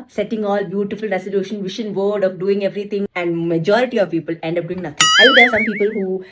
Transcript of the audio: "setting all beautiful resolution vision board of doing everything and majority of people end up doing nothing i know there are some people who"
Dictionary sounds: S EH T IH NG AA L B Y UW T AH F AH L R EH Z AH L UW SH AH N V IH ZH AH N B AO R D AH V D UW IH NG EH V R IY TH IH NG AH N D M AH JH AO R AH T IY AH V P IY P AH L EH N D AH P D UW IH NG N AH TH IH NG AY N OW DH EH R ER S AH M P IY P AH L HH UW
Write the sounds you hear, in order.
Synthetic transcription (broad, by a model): S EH T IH NG AA L B Y UW T AH F AH L R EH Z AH L UW SH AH N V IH SH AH N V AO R D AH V D UW IH NG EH V R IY T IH NG AH N D M AH JH AO R AH T IY AH V P IY P AH L EH N D AH P D UW IH NG N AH T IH NG AY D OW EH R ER S AH M P IY P AH L HH UW